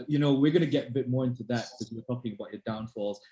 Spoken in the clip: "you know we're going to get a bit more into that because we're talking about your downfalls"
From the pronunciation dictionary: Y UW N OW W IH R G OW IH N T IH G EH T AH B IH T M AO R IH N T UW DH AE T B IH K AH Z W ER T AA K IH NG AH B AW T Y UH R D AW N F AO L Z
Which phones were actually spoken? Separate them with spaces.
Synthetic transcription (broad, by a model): Y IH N OW W IH R G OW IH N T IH G EH T AH B IH T M AO R IH N T UW DH AE T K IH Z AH W ER T AA K IH NG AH B AW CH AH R D AW N F AO L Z